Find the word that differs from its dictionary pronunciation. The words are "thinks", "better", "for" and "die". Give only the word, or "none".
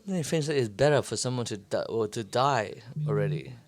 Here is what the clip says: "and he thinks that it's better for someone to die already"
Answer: thinks